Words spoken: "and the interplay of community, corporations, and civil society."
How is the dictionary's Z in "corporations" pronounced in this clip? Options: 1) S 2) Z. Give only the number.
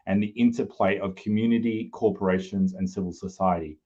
2